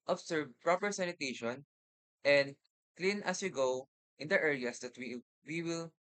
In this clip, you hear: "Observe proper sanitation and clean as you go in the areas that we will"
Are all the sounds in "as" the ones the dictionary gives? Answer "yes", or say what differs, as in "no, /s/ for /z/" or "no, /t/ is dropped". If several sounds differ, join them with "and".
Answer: no, /s/ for /z/